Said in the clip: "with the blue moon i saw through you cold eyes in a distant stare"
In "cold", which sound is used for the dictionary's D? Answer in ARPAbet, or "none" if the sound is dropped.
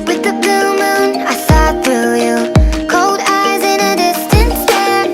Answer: D